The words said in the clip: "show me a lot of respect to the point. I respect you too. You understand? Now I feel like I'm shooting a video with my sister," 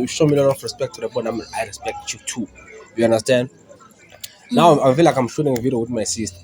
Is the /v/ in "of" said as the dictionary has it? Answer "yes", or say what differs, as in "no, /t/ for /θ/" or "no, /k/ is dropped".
no, /f/ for /v/